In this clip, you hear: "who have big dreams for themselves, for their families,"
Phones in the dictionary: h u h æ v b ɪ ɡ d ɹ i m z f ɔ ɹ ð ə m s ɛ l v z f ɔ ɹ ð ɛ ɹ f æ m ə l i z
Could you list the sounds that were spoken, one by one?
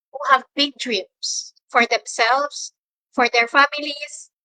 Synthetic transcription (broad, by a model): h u h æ v b ɪ ɡ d ɹ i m s f ɔ ɹ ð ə m s ɛ l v s f ɔ ɹ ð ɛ ɹ f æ m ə l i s